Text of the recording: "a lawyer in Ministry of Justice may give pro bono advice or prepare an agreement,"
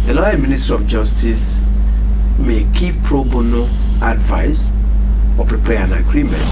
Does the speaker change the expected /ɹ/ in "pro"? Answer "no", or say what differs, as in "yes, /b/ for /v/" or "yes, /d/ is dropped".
no